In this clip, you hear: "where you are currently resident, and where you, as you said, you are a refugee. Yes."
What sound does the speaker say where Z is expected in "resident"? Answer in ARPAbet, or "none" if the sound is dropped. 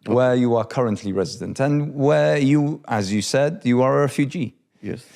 Z